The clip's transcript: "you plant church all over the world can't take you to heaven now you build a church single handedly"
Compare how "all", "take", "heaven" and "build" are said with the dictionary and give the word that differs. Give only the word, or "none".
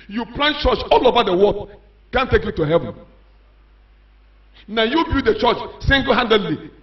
build